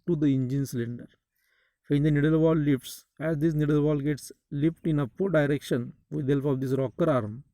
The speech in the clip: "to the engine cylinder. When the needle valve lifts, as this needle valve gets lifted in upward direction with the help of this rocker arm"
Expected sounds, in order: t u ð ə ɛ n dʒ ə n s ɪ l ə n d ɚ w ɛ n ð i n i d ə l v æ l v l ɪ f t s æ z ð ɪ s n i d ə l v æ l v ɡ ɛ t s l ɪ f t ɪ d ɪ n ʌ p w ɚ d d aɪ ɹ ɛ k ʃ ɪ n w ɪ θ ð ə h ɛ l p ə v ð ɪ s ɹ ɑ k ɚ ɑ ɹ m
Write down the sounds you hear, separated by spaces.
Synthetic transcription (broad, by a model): t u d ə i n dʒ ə n s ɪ l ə n d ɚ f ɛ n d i n i d ə l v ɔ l l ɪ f t s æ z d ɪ s n i d ə l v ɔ l ɡ ɛ t s l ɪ p t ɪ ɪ n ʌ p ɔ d d aɪ ɹ ɛ k ʃ ɪ n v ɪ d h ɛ l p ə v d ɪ s ɹ ɑ k ɚ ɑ ɹ m